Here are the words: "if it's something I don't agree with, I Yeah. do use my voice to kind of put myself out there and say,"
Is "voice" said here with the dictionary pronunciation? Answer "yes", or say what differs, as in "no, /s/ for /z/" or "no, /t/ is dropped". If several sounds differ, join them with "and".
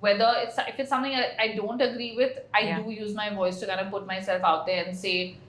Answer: yes